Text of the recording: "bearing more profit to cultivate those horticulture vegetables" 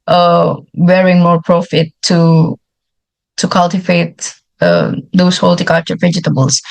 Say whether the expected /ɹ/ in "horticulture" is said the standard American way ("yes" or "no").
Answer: no